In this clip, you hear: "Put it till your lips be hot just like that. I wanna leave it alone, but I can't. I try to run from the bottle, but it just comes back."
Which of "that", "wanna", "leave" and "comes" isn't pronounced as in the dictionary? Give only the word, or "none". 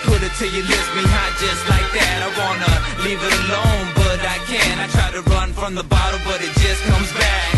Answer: none